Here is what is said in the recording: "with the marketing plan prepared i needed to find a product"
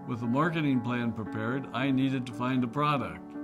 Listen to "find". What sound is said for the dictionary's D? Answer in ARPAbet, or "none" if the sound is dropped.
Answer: D